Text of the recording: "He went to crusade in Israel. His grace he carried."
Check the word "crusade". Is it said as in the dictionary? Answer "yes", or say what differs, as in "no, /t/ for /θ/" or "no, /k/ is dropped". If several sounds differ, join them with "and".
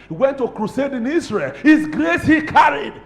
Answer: yes